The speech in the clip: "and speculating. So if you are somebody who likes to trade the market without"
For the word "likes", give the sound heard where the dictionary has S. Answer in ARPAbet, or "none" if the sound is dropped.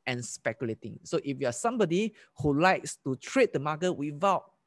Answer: S